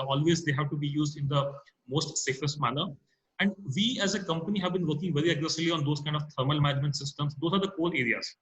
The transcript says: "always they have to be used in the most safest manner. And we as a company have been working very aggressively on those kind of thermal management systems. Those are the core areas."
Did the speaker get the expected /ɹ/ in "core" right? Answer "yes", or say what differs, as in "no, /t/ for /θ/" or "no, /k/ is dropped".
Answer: no, /l/ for /ɹ/